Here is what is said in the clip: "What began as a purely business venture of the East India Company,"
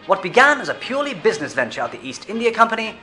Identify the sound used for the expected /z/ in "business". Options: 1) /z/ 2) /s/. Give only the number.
1